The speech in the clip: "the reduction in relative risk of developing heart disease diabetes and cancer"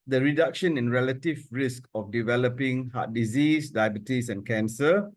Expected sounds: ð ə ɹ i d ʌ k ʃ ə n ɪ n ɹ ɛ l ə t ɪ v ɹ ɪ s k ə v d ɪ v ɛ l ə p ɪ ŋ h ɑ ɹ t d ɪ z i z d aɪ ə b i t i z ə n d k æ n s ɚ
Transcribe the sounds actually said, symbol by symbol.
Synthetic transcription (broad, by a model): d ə ɹ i d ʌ k ʃ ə n ɪ n ɹ ɛ l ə t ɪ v ɹ ɪ s k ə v d ɪ v ɛ l ə p ɪ ŋ h ɑ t d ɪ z i s d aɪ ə b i t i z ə n k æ n s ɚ